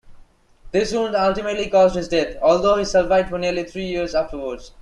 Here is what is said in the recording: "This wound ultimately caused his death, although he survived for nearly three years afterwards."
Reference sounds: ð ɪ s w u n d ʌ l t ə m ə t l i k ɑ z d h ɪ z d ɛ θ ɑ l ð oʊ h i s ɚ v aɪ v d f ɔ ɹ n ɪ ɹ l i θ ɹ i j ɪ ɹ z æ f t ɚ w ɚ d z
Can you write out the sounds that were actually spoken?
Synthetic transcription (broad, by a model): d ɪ s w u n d ʌ l t ə m ə t l i k ɑ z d h ɪ z d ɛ t ɑ l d oʊ h i s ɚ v aɪ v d f ɔ ɹ n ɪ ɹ l i t ɹ i j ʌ ɹ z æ f t ɚ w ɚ d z